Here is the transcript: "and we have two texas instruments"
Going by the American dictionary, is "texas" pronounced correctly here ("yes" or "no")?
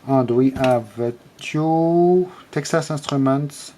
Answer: yes